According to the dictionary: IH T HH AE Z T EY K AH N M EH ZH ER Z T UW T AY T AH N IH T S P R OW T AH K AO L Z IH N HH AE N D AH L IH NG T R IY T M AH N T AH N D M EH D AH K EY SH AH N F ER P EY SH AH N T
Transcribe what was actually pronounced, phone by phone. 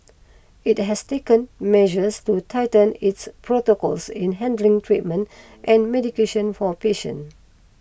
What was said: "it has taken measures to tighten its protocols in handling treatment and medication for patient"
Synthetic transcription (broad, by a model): IH T HH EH S T EY K AH N M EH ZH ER S T UW T AY T AH N IH T S P R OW T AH K AO L S IH N HH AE N D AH L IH NG T R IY T M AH N T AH N M EH D AH K EY SH AH N F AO P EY SH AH N